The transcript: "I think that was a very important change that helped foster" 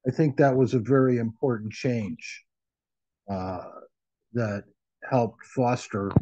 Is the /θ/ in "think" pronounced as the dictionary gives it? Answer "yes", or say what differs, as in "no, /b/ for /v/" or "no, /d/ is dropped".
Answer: yes